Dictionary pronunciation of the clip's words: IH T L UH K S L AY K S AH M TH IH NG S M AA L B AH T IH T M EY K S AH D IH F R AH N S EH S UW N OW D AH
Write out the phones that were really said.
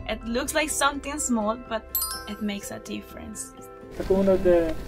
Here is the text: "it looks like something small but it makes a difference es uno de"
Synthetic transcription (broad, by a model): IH T L UH K S L AY K S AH M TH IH NG S M AA L B AH T IH T M EY K S AH D IH F R AH N S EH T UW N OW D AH